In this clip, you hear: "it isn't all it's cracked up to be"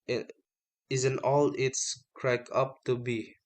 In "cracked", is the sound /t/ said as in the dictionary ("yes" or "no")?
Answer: no